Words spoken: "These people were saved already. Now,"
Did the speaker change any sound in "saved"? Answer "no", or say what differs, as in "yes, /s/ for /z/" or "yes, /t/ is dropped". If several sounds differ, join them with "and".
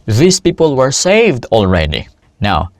no